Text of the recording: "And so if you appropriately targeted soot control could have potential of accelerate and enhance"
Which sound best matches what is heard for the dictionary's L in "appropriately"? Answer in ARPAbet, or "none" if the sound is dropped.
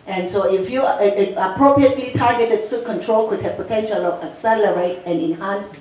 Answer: L